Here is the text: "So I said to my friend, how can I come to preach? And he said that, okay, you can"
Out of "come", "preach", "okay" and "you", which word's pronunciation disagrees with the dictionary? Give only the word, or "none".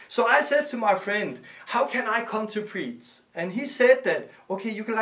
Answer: preach